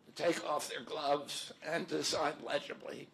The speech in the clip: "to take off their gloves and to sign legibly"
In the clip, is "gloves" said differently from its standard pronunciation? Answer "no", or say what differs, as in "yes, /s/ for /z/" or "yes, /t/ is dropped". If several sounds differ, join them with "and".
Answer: no